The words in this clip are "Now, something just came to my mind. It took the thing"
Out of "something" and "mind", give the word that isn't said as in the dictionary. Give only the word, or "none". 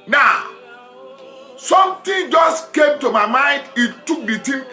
something